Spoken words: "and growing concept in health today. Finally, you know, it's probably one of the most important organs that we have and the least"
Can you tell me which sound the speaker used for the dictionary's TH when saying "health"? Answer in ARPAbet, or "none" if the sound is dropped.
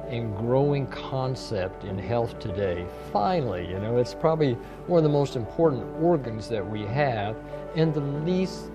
TH